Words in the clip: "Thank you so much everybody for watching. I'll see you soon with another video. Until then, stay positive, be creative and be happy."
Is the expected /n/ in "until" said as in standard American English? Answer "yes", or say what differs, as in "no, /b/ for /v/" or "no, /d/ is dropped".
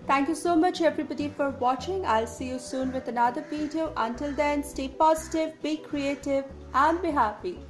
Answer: yes